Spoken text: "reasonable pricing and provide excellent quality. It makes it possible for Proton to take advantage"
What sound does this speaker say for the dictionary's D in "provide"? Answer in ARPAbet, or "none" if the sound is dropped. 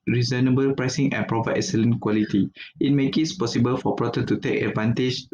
none